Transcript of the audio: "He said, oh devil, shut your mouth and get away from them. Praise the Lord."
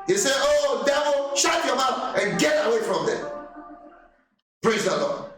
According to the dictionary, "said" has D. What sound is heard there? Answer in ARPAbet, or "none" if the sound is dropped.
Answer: none